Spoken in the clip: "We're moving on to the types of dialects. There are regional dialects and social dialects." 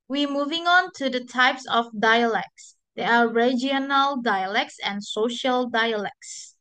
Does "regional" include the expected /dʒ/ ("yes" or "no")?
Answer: no